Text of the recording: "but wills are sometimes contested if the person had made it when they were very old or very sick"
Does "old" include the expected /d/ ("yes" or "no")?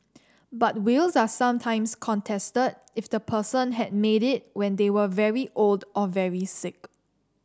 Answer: yes